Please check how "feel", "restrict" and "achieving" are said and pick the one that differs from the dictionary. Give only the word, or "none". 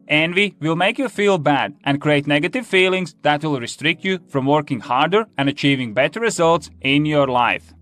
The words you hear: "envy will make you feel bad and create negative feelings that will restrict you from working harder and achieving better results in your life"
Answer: none